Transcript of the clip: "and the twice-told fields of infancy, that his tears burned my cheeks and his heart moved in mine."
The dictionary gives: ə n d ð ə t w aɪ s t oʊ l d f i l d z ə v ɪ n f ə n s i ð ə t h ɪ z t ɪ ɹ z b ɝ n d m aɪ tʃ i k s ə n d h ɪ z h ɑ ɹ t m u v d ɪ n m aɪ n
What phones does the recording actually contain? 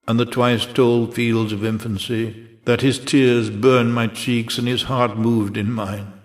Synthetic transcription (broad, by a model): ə n ð ə t w aɪ s t oʊ l d f i l d z ə v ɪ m f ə n s i ð ə t h ɪ z t ɪ ɹ z b ɝ n m aɪ tʃ i k s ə n ɪ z h ɑ ɹ t m u v d ɪ n m aɪ n